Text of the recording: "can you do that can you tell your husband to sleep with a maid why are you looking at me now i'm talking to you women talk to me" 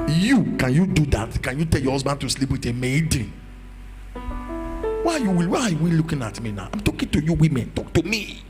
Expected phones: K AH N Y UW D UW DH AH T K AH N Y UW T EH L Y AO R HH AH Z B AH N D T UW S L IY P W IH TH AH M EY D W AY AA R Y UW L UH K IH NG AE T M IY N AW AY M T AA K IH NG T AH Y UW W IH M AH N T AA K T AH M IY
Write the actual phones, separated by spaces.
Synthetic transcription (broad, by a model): K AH N Y UW D UW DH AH T K AH N Y UW T EH L Y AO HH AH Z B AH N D T UW S L IY P W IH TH AH M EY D W AY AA W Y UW L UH K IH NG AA T M IY N AW AY M T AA K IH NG T AH Y UW W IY M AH N T AA K T AH M IY